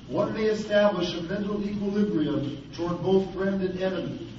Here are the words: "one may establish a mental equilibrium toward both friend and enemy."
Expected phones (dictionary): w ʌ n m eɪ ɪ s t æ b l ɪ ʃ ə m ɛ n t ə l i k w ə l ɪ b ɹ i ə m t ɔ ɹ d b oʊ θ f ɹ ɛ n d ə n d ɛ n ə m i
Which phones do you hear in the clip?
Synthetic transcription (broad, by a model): w ʌ n m eɪ ɪ s t æ b l ɪ ʃ ə m ɛ n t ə l i k w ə l ɪ b ɹ i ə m t ɔ ɹ d b oʊ θ f ɹ ɛ n d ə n ɛ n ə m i